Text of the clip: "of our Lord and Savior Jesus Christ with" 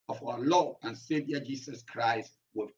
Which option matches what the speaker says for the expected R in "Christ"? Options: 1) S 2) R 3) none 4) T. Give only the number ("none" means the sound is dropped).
2